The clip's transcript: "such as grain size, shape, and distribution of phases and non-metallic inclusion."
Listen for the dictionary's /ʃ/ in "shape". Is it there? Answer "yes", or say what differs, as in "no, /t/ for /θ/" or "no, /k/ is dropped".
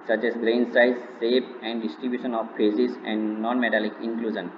no, /s/ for /ʃ/